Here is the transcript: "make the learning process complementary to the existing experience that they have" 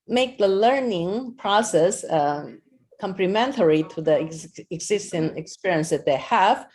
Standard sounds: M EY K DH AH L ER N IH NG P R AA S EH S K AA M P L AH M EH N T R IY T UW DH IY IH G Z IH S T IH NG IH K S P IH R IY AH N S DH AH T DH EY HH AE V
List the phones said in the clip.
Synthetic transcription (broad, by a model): M EY K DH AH L ER N IH NG P R AA S EH S K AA M P L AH M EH N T R IY T UW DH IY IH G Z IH S T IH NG IH K S P IH R IY AH N S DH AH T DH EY HH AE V